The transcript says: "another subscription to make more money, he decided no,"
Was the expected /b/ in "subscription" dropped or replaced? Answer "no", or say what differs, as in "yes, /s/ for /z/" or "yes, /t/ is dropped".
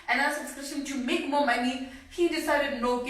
yes, /b/ is dropped